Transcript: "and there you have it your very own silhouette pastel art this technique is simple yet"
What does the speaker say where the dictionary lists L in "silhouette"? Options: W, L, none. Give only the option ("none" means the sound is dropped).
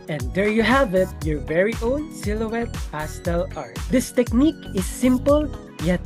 L